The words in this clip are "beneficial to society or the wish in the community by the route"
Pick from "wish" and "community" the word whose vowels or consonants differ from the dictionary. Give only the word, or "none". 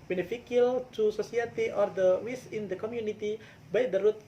wish